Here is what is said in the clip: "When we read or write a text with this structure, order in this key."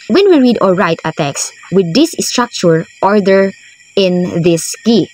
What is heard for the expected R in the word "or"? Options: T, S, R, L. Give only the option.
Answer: L